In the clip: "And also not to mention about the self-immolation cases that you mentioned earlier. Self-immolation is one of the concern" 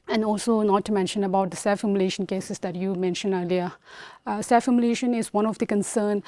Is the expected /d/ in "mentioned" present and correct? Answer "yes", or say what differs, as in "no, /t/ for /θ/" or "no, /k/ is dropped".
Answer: no, /d/ is dropped